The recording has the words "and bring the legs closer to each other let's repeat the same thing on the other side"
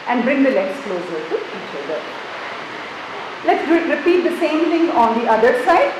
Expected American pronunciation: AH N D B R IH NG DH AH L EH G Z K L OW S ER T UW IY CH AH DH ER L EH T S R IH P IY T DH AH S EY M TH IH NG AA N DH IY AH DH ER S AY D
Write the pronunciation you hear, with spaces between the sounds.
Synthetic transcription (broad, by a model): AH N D B R IH NG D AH L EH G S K L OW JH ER T UW IY CH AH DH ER L EH T S R IH P IY T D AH S EY M T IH NG AA N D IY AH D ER S AY D